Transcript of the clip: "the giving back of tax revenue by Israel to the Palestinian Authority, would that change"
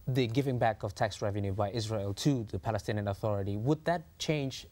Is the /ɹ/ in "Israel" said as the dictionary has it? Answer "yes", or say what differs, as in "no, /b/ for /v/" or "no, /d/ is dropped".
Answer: yes